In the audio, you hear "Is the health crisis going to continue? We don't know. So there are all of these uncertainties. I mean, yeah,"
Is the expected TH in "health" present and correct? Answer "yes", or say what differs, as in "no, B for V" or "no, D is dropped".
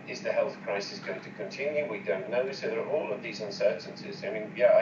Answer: yes